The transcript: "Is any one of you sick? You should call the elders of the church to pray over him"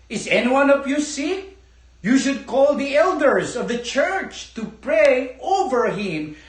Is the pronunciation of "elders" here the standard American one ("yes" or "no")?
yes